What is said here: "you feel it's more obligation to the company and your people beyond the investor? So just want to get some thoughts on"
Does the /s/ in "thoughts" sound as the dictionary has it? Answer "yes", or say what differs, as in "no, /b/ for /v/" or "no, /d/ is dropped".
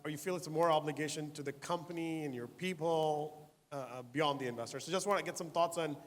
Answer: yes